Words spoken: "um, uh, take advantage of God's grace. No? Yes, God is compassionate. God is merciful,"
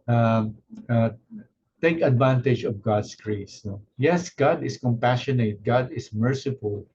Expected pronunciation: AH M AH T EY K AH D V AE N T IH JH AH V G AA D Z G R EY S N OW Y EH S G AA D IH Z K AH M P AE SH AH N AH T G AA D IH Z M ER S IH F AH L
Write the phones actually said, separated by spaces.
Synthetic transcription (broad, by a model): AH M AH T EY K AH D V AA N T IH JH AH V G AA D S G R EY S N OW Y EH S G AA D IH S K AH M P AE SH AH N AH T G AA D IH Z M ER S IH F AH L